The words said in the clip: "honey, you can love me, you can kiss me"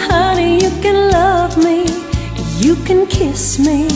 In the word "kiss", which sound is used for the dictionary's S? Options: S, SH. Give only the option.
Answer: S